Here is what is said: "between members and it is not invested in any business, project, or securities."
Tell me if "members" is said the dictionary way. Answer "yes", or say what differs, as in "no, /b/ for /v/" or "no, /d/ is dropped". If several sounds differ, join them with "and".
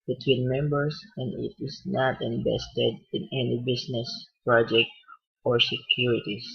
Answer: no, /s/ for /z/